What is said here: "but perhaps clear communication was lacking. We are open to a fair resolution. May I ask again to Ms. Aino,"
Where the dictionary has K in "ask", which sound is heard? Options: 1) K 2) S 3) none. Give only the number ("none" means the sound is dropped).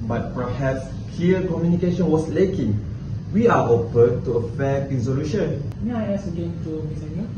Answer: 3